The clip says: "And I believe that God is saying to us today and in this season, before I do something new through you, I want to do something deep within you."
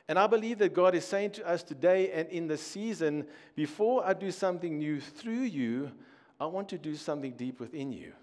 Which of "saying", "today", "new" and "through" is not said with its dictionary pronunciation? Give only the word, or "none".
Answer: none